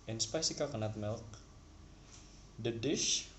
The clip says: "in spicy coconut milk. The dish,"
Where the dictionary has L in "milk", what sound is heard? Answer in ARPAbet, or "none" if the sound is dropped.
L